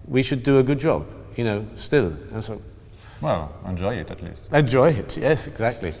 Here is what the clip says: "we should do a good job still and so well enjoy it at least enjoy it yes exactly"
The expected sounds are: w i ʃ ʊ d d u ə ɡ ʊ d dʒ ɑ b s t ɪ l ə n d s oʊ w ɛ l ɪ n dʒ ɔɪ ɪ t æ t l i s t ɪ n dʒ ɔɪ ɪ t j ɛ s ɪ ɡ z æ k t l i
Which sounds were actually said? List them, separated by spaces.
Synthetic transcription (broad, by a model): w i ʃ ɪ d d ə ɡ ʊ d dʒ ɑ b s t ɪ l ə n s oʊ w ɛ l ɪ n dʒ ɔɪ ɪ t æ t l i s t ɪ n dʒ ɔɪ ɪ t j ɛ s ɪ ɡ z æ k t l i